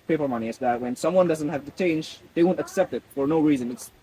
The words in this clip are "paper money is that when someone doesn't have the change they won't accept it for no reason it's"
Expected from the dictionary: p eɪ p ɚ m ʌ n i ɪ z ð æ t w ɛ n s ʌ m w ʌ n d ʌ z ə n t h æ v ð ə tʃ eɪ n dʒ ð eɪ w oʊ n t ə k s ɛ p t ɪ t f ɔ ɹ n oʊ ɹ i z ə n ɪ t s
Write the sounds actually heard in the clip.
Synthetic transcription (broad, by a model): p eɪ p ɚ m ʌ n i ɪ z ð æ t w ɛ n s ʌ m w ʌ n d ʌ z ə n t h æ v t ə tʃ eɪ n dʒ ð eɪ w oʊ n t ə k s ɛ p t ɪ t f ɔ ɹ n oʊ ɹ i z ə n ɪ t s